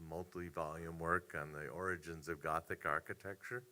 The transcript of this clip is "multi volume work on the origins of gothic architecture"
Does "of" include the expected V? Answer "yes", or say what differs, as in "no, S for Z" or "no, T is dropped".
yes